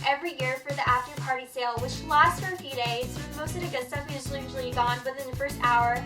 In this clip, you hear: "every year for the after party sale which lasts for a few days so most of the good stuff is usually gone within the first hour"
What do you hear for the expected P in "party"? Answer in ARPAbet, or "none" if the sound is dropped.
P